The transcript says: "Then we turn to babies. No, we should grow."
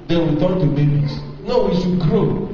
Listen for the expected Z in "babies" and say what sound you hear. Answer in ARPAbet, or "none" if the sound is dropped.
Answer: S